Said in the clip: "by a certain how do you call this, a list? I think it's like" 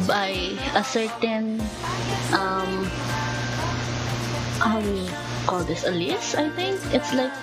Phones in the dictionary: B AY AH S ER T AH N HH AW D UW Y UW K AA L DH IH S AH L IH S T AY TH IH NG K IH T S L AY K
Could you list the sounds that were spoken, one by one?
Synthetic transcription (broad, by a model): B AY AH S ER T AH N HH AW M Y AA K AA L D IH S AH L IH S AY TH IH NG K IH T S L AY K